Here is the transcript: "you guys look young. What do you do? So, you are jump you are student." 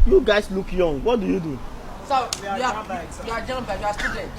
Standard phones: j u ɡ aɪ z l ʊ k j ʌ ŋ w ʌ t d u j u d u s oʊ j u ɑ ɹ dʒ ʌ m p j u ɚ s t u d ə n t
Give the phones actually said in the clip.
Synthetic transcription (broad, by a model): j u ɡ aɪ s l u k j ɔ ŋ w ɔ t d u j u d u s oʊ j u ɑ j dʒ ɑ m b j u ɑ s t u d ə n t